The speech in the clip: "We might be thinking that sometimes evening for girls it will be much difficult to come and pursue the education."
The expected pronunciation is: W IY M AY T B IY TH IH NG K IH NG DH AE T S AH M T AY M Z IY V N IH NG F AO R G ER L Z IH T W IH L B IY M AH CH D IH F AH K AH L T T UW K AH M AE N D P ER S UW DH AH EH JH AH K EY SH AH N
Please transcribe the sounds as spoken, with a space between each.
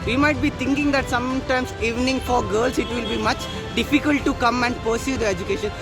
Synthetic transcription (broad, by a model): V IY M AY T B IY T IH NG K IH NG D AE T S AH M T AY M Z IY V N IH NG F AO R G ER L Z IH T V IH L B IY M AH CH D IH F AH K AH L T T UW K AH M AE N D P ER S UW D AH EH JH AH K EY SH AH N